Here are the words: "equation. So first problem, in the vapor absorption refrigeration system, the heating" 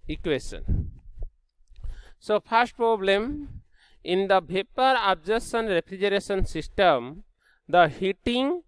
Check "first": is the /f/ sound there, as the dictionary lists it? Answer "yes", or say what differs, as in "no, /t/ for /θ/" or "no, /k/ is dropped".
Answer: no, /p/ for /f/